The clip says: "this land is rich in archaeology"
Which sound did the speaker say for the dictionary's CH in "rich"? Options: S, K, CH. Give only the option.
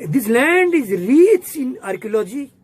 S